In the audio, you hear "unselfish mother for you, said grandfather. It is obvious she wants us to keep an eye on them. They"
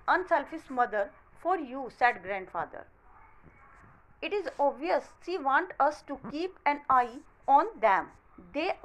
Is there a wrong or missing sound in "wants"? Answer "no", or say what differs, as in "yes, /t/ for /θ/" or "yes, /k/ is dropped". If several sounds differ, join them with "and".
yes, /s/ is dropped